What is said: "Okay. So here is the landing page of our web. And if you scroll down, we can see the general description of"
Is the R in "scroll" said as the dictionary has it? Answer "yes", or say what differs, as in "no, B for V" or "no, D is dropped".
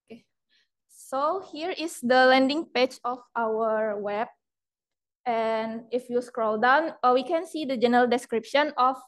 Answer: yes